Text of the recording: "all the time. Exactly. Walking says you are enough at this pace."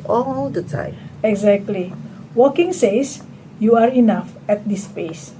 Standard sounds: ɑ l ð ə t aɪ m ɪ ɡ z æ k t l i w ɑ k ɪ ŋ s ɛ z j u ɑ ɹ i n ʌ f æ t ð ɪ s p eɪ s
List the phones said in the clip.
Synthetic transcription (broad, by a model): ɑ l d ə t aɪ ɪ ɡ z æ k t l i w ɑ k ɪ ŋ s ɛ s j u ɑ ɹ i n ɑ f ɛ t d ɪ s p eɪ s